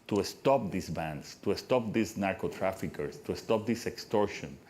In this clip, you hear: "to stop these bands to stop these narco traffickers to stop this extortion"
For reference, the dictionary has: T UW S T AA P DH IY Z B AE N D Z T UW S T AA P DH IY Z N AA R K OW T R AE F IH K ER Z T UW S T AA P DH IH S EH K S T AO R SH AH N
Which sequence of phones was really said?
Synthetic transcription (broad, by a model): T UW S T AA P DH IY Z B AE N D S T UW S T AA P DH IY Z N AA R K OW T R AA F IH K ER S T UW S T AA P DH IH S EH K S T AO R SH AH N